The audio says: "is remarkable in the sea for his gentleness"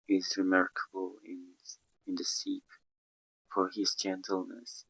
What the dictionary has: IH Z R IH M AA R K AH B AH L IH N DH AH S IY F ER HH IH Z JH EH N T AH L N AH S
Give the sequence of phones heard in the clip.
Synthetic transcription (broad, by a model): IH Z R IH M AA R K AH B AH N IH N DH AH S IY F ER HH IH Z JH EH N T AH L N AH S